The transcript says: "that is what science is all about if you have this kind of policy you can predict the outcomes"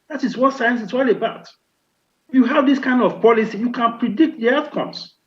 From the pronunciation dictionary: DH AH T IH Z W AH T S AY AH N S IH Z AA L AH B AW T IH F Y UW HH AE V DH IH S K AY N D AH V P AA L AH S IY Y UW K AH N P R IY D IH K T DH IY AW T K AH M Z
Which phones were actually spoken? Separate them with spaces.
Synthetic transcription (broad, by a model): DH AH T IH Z W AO T S AY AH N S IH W AA L AH B AW T Y UW HH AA V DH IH S K AY N D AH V P AA L AH S IY Y UW K AH N P R IY D IH K T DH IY AW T K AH M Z